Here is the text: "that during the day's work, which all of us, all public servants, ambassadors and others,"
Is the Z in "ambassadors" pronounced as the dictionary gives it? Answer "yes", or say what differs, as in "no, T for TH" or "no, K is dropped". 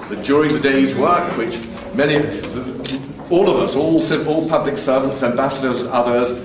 yes